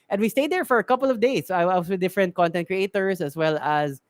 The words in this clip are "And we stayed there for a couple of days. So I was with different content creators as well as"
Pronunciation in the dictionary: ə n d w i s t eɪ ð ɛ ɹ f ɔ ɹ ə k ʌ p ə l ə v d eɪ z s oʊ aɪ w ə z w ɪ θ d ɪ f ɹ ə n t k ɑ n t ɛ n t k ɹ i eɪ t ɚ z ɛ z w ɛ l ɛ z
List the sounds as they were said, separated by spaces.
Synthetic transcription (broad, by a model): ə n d w i s t eɪ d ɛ ɹ f ɔ ɹ ə k ʌ p ə l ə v d eɪ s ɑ aɪ w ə s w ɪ d ɪ f ɹ ə n t k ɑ n t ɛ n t k ɹ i eɪ t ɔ s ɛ s w ɛ l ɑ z